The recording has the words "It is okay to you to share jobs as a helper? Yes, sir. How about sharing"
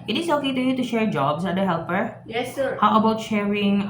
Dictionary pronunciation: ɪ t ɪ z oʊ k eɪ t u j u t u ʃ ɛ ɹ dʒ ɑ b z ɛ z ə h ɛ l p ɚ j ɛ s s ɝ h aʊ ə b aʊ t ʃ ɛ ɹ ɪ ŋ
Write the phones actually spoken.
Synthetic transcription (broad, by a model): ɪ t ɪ s oʊ k eɪ t u j u t u ʃ ɛ ɹ dʒ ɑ b s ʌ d ə h ɛ l p ɚ j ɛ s s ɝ h aʊ ə b aʊ t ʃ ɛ ɹ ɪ ŋ